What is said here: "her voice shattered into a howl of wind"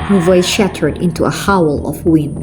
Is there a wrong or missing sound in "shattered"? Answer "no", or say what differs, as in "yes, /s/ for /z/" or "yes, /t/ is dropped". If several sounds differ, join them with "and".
no